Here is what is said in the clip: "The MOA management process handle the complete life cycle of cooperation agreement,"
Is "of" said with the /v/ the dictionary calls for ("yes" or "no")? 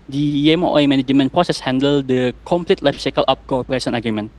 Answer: no